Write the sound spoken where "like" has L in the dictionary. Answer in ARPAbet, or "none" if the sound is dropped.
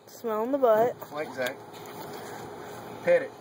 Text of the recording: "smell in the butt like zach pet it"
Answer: W